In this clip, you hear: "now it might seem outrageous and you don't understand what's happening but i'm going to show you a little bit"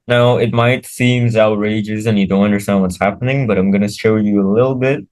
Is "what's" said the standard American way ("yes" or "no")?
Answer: yes